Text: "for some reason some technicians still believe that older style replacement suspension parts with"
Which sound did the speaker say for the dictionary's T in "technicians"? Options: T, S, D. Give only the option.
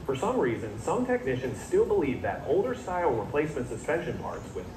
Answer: T